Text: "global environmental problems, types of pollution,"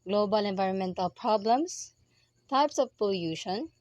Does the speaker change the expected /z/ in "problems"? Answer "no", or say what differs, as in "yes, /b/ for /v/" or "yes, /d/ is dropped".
yes, /s/ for /z/